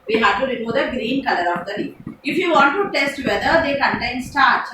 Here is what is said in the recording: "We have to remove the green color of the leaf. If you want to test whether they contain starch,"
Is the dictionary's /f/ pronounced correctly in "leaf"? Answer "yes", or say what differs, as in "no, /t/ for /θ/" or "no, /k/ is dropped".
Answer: no, /f/ is dropped